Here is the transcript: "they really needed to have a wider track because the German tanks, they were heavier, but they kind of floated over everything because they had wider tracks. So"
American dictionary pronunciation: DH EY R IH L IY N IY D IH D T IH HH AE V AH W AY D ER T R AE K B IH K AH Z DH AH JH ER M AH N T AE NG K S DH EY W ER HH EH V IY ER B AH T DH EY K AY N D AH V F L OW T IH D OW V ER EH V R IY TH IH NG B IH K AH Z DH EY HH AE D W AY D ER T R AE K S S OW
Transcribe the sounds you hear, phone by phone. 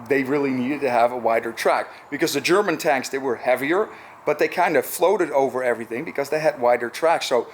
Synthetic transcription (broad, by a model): DH EY R IH L IY N IY D IH D T IH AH V AH W AY D ER T R AE K B IH K AH Z DH AH JH ER M AH N T AE NG K S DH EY W ER HH EH V IY ER B AH T DH EY K AY N D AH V F L OW T IH D OW V ER EH V R IY TH IH NG B IH K AH Z DH EY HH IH D W AY D ER T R AE K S S OW